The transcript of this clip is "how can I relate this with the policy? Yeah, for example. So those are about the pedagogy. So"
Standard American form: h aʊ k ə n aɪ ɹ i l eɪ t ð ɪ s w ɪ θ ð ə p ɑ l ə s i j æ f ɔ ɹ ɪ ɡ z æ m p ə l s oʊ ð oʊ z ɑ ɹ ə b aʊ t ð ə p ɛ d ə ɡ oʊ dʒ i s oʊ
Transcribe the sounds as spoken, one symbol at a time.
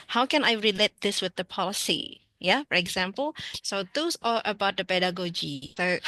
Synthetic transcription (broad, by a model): h aʊ k ə n aɪ ɹ i l eɪ t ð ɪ s w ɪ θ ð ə p ɑ l ə s i j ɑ f ɔ ɹ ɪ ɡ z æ m p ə l s oʊ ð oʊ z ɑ l ə b aʊ t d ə p ɛ d ə ɡ oʊ dʒ i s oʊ